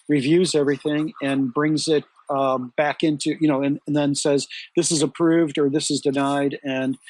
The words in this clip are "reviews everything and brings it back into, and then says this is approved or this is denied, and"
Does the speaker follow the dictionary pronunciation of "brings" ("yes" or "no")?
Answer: yes